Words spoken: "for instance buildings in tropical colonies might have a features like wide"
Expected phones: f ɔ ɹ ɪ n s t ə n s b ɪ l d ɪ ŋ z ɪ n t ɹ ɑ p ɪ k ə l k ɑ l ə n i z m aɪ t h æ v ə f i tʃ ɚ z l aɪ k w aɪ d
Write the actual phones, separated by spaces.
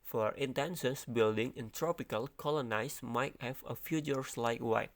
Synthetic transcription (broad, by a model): f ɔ ɹ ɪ n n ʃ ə n s b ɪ l d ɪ ŋ ɪ n t ɹ ɑ p ɪ k ə l k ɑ l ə n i s m aɪ t h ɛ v ə f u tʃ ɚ s l aɪ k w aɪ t